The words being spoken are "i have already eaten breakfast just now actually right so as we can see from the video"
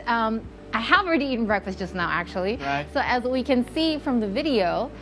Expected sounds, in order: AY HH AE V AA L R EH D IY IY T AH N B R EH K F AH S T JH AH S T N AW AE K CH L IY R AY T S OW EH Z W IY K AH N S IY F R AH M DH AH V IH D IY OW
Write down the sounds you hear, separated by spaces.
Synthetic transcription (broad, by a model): AY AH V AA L R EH D IY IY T N B R EH K F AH S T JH AH S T N AW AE K CH IY L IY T S OW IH Z W IY K AH N S IY F R AH M DH AH V IH D IY OW